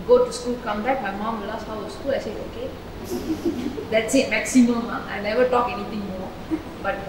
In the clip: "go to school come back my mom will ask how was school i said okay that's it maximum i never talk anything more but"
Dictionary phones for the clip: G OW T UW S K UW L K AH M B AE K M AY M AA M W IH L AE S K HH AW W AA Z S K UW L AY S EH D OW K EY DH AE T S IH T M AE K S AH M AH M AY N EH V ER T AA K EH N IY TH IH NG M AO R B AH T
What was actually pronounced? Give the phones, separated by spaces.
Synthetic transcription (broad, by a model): G OW T UW S K UW L K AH M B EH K M AY M AA M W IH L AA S HH AW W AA S K UW L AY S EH OW K EY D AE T S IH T M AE K S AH M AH M AY N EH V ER T AA K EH N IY T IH NG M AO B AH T